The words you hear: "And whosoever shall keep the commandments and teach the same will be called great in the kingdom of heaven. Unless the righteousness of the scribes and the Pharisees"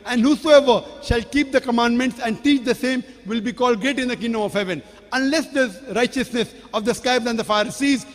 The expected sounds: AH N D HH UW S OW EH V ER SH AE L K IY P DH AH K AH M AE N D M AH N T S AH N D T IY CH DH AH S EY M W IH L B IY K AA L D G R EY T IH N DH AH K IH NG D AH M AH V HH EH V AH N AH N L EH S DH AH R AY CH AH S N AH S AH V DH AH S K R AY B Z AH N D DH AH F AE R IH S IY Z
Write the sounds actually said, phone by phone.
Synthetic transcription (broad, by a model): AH N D HH UW S OW EH V ER SH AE L K IY P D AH K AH M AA N D M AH N T S AH N D T IY CH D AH S EY M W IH L B IY K AA L D G R EY T IH N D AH K IH NG D AH M AH V HH EH V AH N AH N L EH S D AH R AY CH AH S N AH S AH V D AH S K AY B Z AH N D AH F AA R S IY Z